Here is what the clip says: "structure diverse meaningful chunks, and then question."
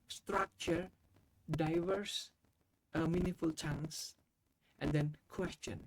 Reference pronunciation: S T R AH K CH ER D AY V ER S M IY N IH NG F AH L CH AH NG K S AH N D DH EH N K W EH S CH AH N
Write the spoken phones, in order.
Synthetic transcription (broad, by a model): S T R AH K CH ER D AY V ER S M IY N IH F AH L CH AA NG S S AH N D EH N K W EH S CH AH N